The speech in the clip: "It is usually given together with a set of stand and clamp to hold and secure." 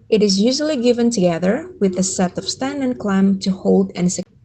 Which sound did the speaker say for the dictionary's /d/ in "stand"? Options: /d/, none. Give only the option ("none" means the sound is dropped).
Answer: none